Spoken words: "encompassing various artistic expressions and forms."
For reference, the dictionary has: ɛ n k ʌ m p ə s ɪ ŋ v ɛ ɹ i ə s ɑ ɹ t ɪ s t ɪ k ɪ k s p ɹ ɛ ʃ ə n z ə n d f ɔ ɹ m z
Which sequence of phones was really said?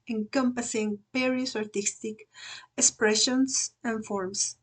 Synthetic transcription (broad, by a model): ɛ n k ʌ m p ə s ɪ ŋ p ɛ ɹ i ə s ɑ ɹ t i s t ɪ k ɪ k s p ɹ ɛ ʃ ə n s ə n f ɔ ɹ m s